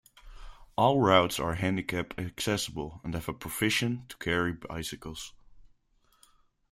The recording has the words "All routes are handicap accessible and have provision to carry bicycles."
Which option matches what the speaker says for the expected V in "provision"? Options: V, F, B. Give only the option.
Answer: F